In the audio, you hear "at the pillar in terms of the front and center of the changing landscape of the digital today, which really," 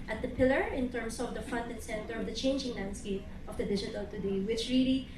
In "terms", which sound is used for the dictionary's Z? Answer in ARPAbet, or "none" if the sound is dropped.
S